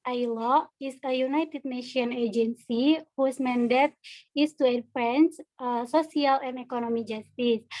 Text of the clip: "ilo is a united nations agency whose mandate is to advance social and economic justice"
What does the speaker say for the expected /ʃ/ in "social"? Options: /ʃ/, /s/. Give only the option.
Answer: /s/